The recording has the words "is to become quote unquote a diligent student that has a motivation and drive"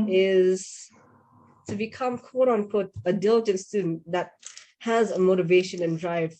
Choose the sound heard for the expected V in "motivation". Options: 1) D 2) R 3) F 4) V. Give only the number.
4